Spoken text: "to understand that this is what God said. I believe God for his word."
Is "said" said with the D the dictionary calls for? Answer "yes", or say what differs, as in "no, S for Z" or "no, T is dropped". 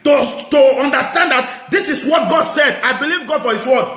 yes